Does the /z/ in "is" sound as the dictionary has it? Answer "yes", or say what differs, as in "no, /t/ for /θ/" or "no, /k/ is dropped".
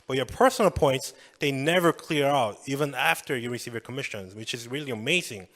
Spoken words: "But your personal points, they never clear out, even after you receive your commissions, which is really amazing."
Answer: yes